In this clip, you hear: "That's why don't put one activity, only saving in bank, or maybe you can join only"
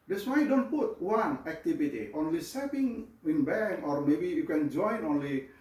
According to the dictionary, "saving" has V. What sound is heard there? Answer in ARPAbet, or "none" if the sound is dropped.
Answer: P